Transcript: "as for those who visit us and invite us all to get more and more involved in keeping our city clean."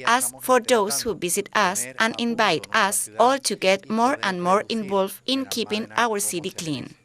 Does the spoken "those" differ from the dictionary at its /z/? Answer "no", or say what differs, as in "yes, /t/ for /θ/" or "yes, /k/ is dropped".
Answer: yes, /s/ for /z/